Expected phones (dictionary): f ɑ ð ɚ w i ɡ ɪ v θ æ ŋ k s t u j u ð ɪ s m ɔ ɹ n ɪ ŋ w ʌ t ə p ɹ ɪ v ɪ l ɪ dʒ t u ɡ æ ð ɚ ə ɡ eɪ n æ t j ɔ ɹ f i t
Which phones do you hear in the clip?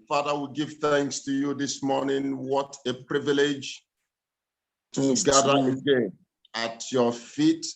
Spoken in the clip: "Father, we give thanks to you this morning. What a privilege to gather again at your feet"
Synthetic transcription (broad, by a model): f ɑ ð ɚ w i ɡ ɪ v θ æ ŋ k s t u j u ð ɪ s m ɔ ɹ n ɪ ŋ w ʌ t ə p ɹ ɪ v ɪ l ɪ dʒ t u ɡ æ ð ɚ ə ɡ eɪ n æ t j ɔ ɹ f i t